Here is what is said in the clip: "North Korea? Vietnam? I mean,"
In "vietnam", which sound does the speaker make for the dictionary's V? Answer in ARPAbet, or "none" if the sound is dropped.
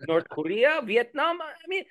V